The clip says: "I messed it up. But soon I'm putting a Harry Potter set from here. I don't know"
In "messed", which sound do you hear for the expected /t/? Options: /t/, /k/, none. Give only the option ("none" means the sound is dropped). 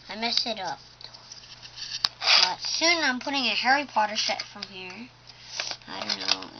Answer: none